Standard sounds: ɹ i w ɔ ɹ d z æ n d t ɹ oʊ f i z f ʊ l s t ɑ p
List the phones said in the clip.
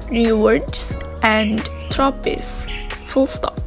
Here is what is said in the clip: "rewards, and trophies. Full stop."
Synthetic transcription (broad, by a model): ɹ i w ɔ ɹ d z æ n d t ɹ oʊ p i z f ʊ l s t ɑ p